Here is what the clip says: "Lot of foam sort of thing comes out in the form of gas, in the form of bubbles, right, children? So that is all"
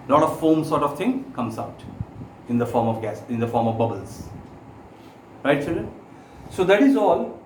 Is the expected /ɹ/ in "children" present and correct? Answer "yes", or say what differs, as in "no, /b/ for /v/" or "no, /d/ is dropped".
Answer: no, /ɹ/ is dropped